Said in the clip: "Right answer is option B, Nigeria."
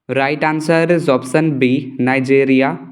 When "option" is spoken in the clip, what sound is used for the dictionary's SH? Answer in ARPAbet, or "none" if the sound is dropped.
S